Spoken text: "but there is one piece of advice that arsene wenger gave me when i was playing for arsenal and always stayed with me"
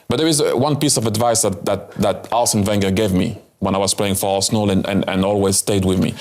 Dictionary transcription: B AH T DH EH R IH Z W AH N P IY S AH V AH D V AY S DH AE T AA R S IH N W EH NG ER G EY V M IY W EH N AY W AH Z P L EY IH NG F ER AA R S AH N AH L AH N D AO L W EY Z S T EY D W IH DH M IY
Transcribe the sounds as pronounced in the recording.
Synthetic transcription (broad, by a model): B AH T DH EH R IH Z W AH N P IY S AH V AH D V AY S DH AE T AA L S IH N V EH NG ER G EY V M IY W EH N AY W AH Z P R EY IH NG F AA L S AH L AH N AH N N AO L W EY Z S T EY D W IH DH M IY